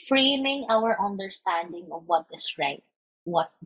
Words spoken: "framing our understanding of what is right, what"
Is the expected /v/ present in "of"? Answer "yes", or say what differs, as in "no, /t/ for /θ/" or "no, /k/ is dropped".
yes